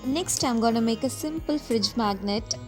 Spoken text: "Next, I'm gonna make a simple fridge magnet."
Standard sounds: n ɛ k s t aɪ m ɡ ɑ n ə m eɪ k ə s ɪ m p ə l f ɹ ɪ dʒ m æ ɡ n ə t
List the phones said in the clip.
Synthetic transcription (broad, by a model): n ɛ k s t aɪ m ɡ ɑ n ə m eɪ k ə s ɪ m p ə l f ɹ ɪ dʒ m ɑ ɡ n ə t